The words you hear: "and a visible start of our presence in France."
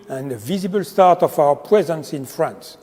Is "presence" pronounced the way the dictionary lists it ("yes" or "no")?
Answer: yes